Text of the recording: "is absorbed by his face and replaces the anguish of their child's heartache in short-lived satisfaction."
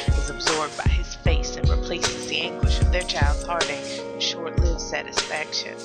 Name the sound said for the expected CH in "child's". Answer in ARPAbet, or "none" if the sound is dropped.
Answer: CH